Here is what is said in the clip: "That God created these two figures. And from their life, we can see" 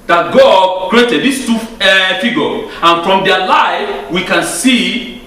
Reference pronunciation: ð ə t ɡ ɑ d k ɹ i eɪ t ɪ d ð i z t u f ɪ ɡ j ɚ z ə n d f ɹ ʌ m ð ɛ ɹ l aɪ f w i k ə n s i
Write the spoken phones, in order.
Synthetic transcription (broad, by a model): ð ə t ɡ ɑ d k ɹ i eɪ t ɪ d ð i s t u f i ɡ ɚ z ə n f ɹ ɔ m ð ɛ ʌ l aɪ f w i k ə n s i